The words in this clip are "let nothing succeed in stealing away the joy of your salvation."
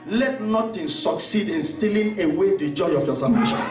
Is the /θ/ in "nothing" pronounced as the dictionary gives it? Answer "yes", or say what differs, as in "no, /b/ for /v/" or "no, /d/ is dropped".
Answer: no, /t/ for /θ/